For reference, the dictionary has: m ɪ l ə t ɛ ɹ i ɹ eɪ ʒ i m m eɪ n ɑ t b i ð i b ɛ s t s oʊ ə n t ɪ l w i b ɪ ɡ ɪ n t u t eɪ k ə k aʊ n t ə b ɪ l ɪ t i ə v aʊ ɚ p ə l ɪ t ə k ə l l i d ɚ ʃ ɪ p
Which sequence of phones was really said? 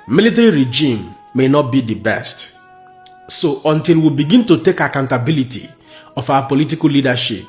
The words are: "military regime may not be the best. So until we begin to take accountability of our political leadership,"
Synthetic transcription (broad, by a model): m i l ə t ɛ ɹ i ɹ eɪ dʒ i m m eɪ n ɑ t b i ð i b ɛ s t s oʊ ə n t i l w i b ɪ ɡ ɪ n t u t eɪ k ə k aʊ n t ə b ɪ l ɪ t i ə f aʊ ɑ p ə l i t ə k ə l l i d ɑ ʃ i p